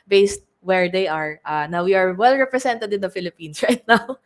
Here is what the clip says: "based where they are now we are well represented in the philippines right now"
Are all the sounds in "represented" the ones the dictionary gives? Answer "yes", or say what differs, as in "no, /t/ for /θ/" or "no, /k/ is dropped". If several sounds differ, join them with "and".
no, /s/ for /z/